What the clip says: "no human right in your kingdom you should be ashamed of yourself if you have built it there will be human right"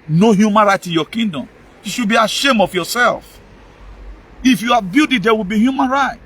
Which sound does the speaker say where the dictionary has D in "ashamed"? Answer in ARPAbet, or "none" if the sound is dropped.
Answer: none